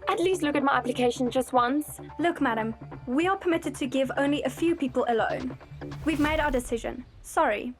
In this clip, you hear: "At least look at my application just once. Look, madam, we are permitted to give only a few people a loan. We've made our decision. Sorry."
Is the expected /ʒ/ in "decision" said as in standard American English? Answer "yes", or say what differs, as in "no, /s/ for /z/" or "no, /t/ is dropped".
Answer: yes